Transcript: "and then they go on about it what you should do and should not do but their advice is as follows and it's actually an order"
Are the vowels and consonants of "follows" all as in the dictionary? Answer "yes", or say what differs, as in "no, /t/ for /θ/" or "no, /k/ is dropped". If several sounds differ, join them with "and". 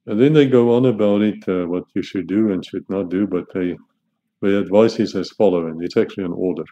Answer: no, /z/ is dropped